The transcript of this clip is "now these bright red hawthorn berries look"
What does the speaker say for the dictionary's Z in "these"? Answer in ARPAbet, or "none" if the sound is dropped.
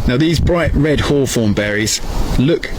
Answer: Z